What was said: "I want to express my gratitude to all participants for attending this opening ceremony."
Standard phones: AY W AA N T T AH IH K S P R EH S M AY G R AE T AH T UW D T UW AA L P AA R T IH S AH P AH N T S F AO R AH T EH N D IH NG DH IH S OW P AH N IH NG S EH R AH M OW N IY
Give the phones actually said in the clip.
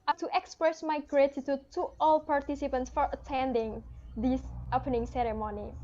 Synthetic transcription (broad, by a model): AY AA T T AH K S P R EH S M AY G R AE T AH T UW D T UW AA L P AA R T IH S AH P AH N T S F AO R AH T EH N D IH NG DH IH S OW P AH N IH NG S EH R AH M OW N IY